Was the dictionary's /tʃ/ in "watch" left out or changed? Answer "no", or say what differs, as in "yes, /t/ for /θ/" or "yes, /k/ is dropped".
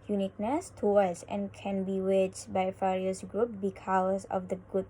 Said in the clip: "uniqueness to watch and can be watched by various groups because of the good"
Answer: yes, /s/ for /tʃ/